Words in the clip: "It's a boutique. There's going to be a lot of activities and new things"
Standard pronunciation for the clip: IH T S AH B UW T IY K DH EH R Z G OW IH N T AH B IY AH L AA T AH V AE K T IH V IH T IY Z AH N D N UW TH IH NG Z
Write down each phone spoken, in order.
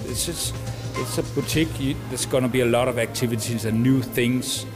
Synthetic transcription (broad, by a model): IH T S AH B UW T IY K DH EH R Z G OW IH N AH B IY AH L AA T AH V AE K T IH V IH T IY Z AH N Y UW TH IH NG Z